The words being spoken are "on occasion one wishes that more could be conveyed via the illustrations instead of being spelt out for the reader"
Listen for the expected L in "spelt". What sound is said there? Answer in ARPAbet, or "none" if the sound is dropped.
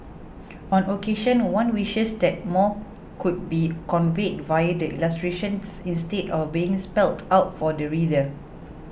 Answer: L